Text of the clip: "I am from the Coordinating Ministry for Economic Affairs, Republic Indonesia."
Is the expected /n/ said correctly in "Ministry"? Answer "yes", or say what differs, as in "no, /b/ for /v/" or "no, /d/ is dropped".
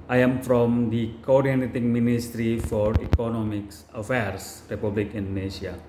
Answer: yes